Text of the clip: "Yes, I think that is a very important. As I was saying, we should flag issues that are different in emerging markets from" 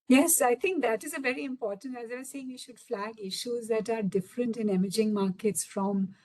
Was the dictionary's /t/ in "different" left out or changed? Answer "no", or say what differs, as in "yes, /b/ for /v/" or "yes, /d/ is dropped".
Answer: no